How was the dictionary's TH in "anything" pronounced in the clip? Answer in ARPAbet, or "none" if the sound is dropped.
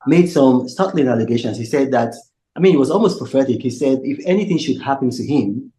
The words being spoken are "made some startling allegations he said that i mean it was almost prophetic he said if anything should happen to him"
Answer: TH